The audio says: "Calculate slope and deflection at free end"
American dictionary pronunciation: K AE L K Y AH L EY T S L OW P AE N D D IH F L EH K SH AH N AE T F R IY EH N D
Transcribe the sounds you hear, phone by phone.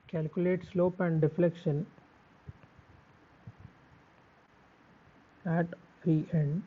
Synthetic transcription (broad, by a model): K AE L K Y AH L EY T S L OW P AE N D D IH F L EH K SH AH N AE T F IY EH N D